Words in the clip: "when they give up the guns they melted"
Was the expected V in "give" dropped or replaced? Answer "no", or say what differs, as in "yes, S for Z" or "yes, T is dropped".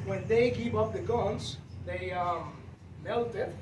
yes, P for V